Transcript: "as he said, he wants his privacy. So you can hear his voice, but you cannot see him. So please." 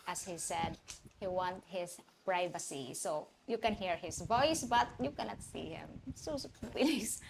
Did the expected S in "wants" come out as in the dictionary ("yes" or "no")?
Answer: no